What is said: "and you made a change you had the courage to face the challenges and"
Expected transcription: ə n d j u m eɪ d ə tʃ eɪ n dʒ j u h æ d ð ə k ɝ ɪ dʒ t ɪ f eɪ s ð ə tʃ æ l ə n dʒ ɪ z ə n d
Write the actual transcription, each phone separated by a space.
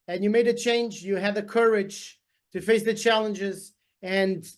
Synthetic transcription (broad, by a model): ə n j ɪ m eɪ d ə tʃ eɪ n dʒ j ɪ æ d ð ə k ɝ ɪ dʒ t ɪ f eɪ s ð ə tʃ æ l ə n dʒ ɪ z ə n